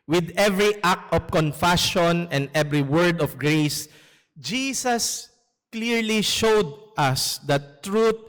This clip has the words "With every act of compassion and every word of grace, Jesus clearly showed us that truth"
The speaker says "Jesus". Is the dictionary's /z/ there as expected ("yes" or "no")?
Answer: no